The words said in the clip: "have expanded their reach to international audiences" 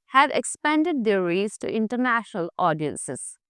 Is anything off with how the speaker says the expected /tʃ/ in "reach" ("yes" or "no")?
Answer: yes